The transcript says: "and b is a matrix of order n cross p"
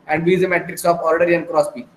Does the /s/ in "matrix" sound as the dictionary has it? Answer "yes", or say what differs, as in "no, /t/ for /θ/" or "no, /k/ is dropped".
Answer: yes